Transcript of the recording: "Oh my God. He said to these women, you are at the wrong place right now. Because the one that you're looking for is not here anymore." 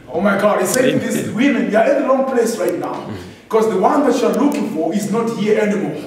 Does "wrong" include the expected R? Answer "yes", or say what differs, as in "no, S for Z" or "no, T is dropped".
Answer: no, L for R